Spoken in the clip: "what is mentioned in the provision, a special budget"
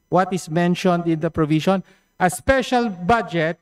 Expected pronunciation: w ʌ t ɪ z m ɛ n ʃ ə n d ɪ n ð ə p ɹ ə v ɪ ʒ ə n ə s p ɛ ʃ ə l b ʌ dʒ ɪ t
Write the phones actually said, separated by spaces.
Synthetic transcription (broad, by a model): w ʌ t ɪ s m ɛ n ʃ ə n d ɪ n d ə p ɹ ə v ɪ ʃ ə n ə s p ɛ ʃ ə l b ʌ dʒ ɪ t